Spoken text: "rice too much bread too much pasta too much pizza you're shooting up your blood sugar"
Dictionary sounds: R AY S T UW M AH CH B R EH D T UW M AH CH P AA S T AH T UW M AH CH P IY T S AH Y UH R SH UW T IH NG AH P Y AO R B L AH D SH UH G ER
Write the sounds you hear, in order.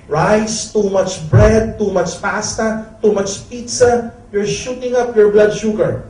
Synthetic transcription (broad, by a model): R AY S T UW M AH CH B R EH D T UW M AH CH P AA S T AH T UW M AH CH P IY T S AH Y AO R SH UW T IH NG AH P Y AO R B L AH D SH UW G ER